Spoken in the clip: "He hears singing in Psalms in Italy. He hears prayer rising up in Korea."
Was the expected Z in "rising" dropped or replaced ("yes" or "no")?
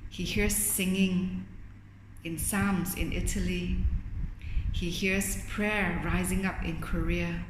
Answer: no